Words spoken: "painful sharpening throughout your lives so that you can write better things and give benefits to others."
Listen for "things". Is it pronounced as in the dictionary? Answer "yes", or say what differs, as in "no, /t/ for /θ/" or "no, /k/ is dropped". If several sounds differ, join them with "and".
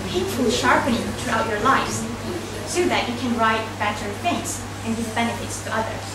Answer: no, /f/ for /θ/